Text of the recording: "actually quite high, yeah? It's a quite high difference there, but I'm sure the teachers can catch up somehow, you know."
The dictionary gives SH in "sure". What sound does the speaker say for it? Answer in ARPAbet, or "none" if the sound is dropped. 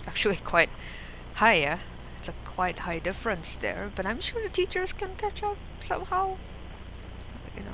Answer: SH